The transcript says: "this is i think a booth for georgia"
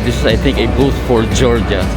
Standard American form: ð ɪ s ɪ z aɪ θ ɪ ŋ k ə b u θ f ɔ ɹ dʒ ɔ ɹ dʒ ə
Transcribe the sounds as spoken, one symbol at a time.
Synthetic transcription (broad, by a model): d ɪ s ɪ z aɪ t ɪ ŋ k ə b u t f ɔ ɹ dʒ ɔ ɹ dʒ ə